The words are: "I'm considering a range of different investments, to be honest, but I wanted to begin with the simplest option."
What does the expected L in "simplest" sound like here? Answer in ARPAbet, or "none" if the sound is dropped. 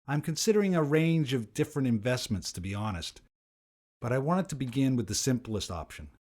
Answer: L